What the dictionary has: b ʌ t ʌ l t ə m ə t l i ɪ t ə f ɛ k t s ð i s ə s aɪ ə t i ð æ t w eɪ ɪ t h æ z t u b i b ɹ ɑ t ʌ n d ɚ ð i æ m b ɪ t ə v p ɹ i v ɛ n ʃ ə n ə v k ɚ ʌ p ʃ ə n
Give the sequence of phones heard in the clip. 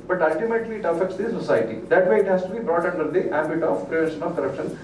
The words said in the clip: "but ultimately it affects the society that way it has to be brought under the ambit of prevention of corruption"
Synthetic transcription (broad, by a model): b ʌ t ʌ l t ə m ə t l i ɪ t ə f ɛ k t s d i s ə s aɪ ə t i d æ t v eɪ ɪ t h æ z t u b i b ɹ ɑ t ʌ n d ɚ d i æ b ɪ t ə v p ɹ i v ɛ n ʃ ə n ə v k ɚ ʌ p ʃ ə n